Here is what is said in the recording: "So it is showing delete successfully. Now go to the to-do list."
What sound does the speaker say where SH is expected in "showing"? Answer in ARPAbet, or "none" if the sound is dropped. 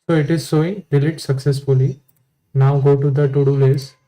S